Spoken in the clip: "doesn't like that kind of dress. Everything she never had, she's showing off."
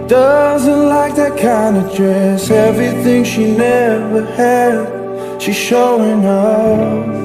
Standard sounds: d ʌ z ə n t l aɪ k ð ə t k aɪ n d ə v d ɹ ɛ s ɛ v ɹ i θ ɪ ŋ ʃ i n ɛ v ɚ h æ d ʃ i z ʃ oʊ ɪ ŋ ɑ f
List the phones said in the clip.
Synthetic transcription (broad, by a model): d ʌ z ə n t l aɪ k ð ə t k aɪ n d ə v d ɹ ɛ s ɛ v ɹ i θ ɪ ŋ ʃ i n ɛ v ɚ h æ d ʃ i z ʃ oʊ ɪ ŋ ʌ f